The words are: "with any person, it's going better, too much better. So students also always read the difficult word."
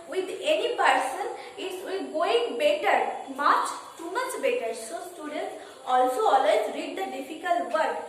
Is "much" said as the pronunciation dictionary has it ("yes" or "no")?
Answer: yes